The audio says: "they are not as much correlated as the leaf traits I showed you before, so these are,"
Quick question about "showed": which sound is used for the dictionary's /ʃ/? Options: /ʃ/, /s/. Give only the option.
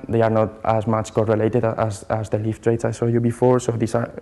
/s/